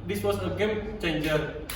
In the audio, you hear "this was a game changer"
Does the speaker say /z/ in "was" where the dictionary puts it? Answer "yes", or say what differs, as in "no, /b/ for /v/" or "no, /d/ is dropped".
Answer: no, /s/ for /z/